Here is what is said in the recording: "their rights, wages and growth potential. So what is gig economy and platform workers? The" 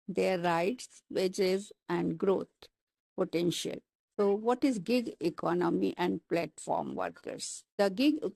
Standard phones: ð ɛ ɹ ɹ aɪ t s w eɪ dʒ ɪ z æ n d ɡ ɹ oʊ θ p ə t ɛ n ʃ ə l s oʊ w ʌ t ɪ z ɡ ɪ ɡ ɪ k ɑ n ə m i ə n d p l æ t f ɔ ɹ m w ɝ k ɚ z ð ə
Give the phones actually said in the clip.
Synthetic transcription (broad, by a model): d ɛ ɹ ɹ aɪ t s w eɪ dʒ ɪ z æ n d ɡ ɹ oʊ t p ə t ɛ n ʃ ə l s oʊ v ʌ t ɪ z ɡ ɪ ɡ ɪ k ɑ n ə m i ə n d p l æ t f ɔ ɹ m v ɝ k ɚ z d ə